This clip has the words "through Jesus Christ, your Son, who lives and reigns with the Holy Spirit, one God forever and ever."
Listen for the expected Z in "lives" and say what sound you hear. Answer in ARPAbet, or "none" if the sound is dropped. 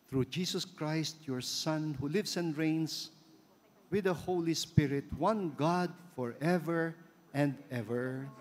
S